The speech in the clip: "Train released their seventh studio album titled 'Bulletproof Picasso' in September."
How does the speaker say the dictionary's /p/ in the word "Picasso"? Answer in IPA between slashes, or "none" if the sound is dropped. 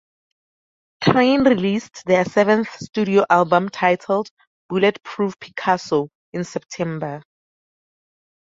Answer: /p/